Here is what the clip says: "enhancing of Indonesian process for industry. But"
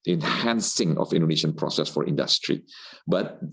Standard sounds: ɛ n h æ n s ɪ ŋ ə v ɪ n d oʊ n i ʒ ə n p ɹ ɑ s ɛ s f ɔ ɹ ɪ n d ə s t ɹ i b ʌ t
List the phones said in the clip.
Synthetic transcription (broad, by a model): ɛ n h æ n s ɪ ŋ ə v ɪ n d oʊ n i ʃ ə n p ɹ ɑ s ɛ s f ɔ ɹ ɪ n d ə s t ɹ i b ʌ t